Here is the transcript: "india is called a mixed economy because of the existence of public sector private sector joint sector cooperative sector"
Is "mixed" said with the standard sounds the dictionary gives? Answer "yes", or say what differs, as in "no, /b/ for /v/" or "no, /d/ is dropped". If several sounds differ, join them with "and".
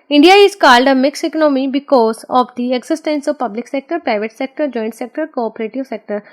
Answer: no, /t/ is dropped